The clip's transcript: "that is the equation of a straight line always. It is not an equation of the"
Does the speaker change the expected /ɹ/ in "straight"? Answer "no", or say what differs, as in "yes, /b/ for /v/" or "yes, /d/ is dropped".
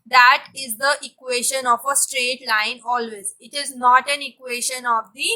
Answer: no